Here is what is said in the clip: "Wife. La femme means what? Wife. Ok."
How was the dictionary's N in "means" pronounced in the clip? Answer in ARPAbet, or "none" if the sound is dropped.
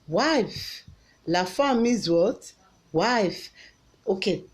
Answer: none